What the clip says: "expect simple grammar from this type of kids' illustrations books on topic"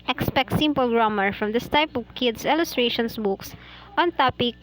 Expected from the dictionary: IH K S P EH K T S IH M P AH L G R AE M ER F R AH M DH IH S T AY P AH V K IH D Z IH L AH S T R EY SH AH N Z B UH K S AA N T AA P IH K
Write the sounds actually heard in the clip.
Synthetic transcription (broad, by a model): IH K S P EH K T S IH M P AH L G R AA M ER F R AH M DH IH S T AY P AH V K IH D S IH L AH S T R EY SH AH N S B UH K S AA N T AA P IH K